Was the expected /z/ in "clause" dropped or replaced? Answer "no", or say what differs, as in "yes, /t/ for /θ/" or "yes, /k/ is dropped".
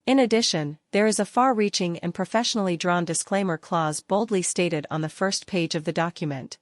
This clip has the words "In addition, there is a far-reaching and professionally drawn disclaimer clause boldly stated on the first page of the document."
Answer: no